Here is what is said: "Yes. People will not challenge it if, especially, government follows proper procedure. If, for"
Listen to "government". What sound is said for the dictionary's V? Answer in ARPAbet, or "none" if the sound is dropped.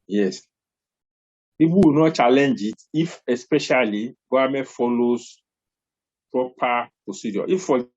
none